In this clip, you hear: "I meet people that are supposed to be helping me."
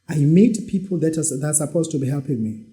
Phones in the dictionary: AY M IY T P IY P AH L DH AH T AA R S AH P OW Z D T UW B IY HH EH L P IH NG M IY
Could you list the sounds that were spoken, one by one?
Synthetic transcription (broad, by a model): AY M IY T P IY P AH L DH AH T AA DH S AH P OW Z T UW B IY HH EH L P IH NG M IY